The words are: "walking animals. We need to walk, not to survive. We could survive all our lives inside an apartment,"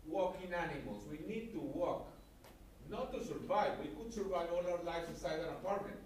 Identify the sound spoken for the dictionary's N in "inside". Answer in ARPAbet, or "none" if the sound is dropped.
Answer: none